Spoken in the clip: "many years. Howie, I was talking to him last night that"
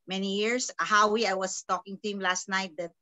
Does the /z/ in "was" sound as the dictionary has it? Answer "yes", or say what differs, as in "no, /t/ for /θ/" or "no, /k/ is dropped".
no, /s/ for /z/